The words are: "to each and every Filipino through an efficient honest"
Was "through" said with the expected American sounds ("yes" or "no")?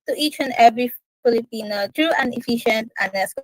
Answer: no